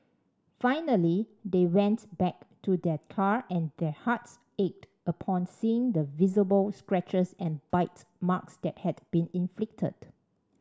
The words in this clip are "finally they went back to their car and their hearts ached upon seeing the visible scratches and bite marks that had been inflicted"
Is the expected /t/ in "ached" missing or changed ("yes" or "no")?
no